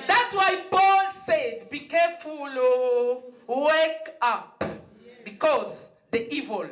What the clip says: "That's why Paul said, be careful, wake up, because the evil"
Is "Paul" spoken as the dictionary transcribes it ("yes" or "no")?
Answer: no